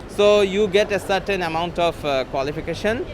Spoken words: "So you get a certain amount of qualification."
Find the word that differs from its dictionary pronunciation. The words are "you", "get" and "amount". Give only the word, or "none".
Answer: none